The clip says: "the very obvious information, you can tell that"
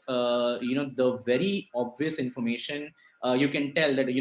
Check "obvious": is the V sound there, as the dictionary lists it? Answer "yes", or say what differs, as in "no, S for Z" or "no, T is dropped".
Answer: yes